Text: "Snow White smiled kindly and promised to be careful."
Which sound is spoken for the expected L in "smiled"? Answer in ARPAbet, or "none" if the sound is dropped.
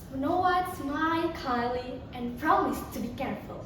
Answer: none